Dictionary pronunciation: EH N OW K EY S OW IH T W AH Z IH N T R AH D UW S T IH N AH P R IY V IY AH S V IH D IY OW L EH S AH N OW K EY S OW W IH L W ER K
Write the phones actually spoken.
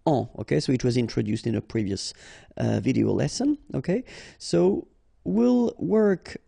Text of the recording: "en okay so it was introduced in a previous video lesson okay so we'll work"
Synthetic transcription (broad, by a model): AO OW K EY S OW IH T W AH Z IH N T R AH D UW S T IH N AH P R IY V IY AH S V IH D IY OW L EH S AH N OW K EY S OW W IH L W ER K